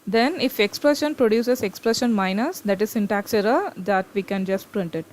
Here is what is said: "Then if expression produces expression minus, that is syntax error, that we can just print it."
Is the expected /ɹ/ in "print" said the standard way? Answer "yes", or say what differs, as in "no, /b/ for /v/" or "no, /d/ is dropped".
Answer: yes